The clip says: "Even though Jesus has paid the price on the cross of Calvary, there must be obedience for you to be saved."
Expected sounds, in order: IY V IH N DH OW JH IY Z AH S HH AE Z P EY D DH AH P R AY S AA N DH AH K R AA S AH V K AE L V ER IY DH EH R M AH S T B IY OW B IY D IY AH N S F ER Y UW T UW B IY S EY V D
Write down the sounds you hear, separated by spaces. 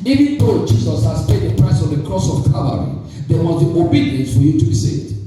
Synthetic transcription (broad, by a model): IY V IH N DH OW JH IY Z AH S HH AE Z P EY D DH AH P R AY S AA N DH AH K R AA S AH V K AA V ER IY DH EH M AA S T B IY OW B IY D IY AH N S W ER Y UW T UW B IY S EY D